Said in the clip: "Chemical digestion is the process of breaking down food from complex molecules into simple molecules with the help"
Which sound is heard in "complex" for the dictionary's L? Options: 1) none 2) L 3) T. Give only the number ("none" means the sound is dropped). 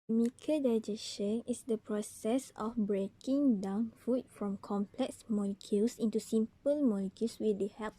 2